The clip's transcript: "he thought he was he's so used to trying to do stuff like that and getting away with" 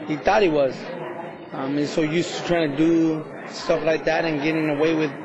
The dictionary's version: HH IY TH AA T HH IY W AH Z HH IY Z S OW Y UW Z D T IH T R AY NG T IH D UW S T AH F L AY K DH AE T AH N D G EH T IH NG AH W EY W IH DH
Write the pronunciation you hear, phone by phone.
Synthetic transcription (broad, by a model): HH IY TH AA T HH IY W AH Z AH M S OW Y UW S T IH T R AY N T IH D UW S T AH F L AY K DH AE T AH N G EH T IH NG AH W EY W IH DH